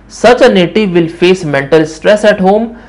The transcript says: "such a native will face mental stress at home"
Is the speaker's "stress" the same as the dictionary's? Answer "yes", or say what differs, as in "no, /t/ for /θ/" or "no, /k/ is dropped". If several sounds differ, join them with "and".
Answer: yes